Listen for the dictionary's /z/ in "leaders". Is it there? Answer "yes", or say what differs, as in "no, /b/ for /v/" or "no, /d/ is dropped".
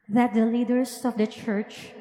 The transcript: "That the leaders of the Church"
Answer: no, /s/ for /z/